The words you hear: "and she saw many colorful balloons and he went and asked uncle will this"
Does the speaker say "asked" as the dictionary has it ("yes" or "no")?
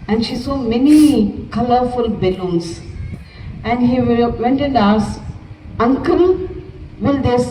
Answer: no